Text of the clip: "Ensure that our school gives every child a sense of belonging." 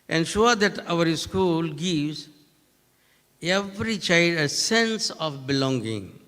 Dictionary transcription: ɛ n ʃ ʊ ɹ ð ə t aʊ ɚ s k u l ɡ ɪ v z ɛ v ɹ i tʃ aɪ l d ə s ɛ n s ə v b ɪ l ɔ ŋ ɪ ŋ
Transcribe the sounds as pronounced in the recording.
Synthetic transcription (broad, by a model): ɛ n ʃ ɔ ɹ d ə t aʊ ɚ s k u l ɡ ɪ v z ɛ v ɹ i tʃ aɪ l d ə s ɛ n s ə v b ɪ l ɔ ŋ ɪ ŋ